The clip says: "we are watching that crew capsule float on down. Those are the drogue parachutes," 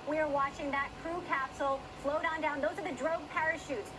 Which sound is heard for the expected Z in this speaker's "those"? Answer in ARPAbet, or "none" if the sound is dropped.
Z